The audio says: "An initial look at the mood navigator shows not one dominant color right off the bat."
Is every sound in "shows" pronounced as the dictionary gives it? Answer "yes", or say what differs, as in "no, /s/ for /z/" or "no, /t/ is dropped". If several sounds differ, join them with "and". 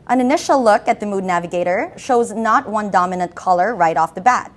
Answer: yes